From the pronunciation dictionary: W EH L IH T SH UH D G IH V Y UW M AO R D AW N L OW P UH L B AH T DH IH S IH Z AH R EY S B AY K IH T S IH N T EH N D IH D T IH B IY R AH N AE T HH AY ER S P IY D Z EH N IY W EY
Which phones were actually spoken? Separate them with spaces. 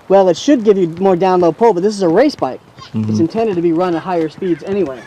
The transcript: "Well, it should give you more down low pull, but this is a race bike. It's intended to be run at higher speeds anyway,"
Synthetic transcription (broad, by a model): W EH L IH T SH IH D G IH V Y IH M AO R D AW N L OW P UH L B AH T DH IH S IH Z AH R EY S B AY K IH T S IH N T EH N D IH D T IH B IY R AH N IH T HH AY ER S P IY D Z EH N IY W EY